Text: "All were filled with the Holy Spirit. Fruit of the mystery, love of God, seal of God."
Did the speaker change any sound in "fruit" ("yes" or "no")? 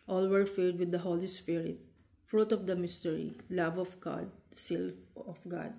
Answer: no